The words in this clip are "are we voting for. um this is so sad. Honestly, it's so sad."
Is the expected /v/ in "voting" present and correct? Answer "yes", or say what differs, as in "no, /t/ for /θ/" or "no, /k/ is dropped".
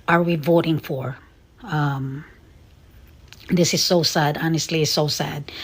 yes